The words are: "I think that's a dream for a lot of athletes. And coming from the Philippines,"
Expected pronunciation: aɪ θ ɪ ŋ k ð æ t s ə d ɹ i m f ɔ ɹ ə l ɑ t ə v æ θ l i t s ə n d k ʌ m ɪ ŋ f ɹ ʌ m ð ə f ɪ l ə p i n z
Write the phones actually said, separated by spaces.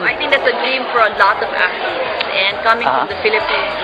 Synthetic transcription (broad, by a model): aɪ t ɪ ŋ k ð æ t s ə d ɹ i m f ɔ ɹ ə l ɑ t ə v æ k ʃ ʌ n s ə n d k ʌ m ɪ ŋ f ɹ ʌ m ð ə f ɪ l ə p i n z